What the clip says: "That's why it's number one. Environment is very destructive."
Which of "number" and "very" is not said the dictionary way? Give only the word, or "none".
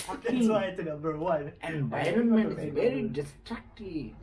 number